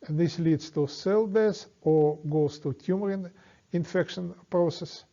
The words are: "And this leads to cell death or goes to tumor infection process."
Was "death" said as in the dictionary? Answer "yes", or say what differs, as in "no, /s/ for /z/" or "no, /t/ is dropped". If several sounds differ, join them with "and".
no, /s/ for /θ/